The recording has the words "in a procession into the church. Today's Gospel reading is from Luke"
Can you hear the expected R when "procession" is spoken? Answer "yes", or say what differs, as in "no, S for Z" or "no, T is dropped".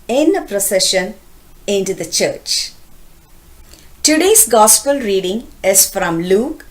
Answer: yes